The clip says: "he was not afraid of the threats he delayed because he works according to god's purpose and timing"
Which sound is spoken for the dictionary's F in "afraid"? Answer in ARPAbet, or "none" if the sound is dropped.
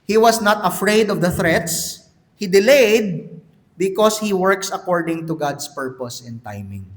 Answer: F